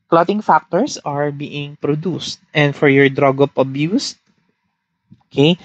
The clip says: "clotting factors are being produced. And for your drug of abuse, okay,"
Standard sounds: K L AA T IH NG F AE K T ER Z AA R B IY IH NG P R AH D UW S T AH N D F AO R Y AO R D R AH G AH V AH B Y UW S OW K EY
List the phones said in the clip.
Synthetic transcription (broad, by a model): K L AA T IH NG F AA K T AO S AA R B IY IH NG P R AH D UW S T AH N D F AO R Y AO R D R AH G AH P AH B Y UW S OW K EY